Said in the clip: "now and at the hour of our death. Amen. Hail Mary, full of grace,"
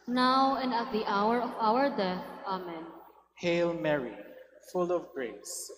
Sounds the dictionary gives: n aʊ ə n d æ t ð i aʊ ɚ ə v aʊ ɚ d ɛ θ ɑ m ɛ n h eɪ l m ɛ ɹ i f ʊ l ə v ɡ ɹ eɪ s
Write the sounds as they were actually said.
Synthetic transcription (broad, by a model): n aʊ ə n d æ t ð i aʊ ɚ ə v aʊ ɚ d ɛ θ ɑ m ɛ n h eɪ l m ɛ ɹ i f ʊ l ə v ɡ ɹ eɪ s